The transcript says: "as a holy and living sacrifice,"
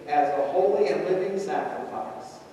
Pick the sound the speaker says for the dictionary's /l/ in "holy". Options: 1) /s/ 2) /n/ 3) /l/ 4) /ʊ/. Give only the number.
3